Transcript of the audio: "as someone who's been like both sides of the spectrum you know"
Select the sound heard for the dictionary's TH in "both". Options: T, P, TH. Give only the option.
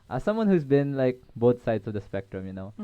T